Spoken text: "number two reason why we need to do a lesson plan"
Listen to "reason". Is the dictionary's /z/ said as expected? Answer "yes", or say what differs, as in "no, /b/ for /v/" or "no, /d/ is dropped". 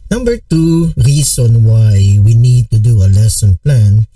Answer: no, /s/ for /z/